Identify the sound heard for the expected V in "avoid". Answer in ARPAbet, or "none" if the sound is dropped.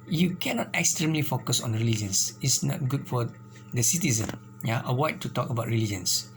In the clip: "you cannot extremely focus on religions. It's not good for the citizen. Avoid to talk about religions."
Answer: W